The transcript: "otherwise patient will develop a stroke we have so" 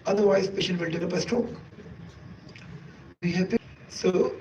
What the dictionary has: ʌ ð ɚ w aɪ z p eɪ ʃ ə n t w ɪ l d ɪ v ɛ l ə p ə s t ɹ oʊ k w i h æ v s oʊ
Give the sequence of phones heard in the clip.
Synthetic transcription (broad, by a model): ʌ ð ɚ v aɪ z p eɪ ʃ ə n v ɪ l d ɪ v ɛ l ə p ə s t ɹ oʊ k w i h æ p s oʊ